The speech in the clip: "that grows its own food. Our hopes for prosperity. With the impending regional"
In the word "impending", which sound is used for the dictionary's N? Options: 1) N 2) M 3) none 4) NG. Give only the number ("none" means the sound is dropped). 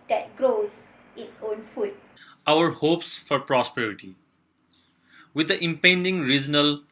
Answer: 1